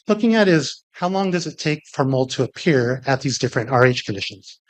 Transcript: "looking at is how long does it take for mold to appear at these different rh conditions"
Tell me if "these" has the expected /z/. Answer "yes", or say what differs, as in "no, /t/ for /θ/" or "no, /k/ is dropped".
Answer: yes